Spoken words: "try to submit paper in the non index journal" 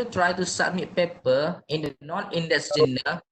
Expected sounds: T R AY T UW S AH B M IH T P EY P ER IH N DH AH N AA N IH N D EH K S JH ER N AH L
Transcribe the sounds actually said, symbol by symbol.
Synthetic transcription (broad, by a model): T R AY T UW S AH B M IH T P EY P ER IH N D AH N AA N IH N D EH S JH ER N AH